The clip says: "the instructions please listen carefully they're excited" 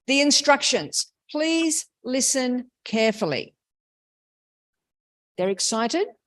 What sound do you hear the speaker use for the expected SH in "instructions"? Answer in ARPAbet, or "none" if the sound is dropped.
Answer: SH